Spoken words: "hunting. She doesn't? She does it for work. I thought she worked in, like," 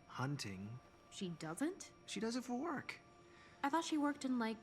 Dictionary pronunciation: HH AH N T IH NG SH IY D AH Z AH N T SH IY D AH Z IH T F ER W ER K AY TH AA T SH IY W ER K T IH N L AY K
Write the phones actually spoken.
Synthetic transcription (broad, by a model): HH AH N T IH NG SH IY D AH Z AH N T SH IY D AH Z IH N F W ER K AY TH AA T SH IY W ER K T IH N L AY K